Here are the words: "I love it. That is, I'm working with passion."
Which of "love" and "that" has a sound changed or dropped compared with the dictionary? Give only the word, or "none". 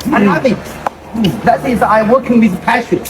love